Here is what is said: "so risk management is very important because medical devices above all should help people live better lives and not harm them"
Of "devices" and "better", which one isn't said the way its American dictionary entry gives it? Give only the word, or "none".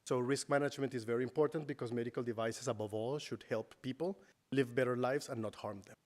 devices